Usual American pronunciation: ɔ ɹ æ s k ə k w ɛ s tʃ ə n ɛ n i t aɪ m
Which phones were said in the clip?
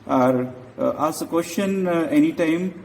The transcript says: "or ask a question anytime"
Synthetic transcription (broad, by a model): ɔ ɹ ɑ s ə k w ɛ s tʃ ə n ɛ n i t aɪ m